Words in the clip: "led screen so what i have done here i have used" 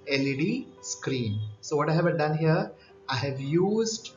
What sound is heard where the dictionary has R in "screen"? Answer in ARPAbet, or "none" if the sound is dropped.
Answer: R